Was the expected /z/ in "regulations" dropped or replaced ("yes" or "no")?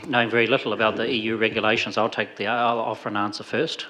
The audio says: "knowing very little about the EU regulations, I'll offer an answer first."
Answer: no